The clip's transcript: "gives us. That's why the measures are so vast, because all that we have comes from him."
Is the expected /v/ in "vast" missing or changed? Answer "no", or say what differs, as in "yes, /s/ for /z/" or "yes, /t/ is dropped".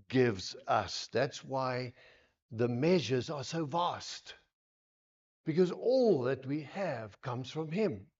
no